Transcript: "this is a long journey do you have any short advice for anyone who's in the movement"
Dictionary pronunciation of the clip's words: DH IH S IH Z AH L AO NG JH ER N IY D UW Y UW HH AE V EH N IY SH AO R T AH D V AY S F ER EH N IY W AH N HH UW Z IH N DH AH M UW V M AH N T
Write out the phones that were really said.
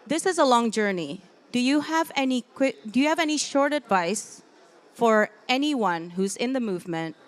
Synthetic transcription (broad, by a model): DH IH S IH Z AH L AO NG JH ER N IY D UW Y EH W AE V EH N IY SH AO R T AH D V AY S F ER EH N IY W AH N HH UW Z IH N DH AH M UW V M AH N T